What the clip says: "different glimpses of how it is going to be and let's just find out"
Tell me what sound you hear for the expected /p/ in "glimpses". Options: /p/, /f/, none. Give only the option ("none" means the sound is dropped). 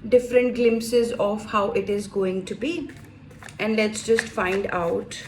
/p/